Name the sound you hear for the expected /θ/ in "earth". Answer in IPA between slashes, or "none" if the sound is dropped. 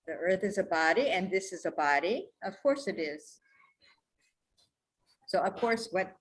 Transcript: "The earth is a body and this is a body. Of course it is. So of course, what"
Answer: /θ/